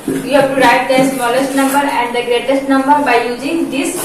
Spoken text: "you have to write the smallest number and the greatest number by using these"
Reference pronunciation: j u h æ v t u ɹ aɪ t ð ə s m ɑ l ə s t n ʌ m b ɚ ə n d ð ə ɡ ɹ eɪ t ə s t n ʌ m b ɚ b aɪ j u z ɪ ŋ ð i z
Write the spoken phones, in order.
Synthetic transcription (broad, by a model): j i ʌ p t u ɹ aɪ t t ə s m ɑ l ə s t n ʌ m b ɚ ə n d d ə ɡ ɹ eɪ t ə s t n ʌ m b ɚ b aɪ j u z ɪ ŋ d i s